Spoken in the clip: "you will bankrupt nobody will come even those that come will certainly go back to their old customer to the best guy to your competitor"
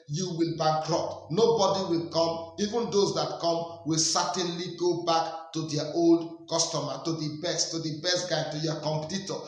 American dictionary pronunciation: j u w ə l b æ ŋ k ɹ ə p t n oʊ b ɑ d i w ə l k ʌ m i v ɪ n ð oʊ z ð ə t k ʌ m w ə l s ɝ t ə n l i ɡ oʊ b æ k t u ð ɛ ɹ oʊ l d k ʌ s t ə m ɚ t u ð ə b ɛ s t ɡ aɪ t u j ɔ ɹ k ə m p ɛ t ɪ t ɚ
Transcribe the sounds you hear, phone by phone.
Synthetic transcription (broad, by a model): j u w ə l b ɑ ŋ k ɹ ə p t n oʊ b ɑ d i w ə l k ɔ m i v ɪ n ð oʊ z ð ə t k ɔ m w ə l s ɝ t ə n l i ɡ oʊ b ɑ k t u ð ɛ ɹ oʊ l d k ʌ s t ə m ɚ t u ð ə b ɛ s t ɡ aɪ t u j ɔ k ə m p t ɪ t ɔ